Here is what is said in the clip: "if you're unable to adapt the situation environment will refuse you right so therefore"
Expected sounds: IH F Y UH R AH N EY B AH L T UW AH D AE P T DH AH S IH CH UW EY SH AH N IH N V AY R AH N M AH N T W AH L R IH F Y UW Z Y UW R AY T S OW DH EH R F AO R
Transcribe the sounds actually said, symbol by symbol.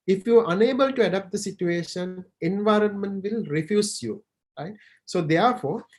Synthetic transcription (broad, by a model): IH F Y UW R AH N EY B AH L T UW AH D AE P T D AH S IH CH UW EY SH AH N IH N V AY R AH N M AH N T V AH L R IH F Y UW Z Y UW R AY T S OW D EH R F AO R